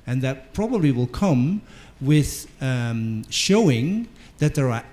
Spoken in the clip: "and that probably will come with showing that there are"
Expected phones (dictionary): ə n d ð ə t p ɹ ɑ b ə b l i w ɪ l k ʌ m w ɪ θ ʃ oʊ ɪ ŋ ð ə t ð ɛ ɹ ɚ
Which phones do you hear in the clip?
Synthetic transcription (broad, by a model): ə n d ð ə t p ɹ ɑ b ə b l i w ɪ l k ʌ m w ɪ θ ʃ oʊ ɪ ŋ ð ə t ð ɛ ɹ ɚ